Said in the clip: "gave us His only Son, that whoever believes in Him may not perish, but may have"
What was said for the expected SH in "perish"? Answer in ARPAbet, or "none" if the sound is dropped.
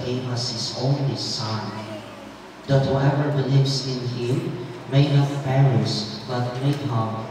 S